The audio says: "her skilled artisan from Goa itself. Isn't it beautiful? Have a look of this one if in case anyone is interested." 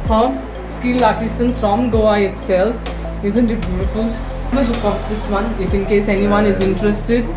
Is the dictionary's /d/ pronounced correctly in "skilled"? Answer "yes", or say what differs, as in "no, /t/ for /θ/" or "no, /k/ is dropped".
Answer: no, /d/ is dropped